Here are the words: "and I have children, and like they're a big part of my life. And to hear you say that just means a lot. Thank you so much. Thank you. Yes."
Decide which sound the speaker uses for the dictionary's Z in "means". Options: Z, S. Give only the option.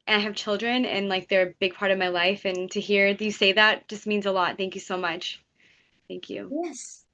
Z